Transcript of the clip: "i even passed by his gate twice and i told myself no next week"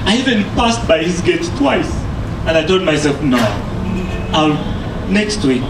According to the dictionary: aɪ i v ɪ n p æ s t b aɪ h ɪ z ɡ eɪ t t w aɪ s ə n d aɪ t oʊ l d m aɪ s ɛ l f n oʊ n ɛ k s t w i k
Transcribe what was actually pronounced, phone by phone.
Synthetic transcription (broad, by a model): aɪ i v ɪ n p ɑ s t b aɪ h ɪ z ɡ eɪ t t w aɪ s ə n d aɪ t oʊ d m aɪ s ɛ l f n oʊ n ɛ k s t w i